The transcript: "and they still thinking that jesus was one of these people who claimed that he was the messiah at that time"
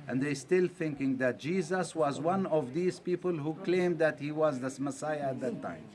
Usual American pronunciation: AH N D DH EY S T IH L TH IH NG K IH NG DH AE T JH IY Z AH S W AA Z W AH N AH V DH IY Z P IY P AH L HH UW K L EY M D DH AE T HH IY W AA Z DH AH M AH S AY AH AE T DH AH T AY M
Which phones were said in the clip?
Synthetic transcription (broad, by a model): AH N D DH EY S T IH L TH IH NG K IH NG DH AE T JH IY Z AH S W AA Z W AH N AH V DH IY Z P IY P AH L HH UW K L EY M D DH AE T HH IY W AA Z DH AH M AH S AY AH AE T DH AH T AY M